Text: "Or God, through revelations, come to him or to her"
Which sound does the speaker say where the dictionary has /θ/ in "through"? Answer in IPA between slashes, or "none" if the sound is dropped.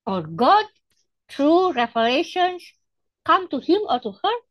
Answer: /t/